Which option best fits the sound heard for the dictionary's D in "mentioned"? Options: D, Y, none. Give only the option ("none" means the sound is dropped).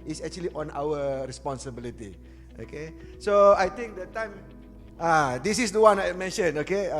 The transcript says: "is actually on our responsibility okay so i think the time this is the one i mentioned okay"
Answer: none